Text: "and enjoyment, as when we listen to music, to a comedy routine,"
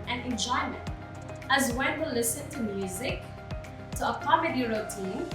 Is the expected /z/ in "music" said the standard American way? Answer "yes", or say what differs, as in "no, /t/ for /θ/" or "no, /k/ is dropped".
yes